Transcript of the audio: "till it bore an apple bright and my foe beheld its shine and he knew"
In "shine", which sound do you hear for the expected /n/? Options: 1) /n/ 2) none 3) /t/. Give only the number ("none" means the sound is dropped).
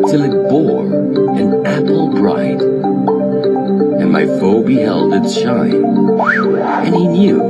2